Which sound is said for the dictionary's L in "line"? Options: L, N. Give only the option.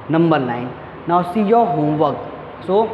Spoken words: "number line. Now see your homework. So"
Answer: N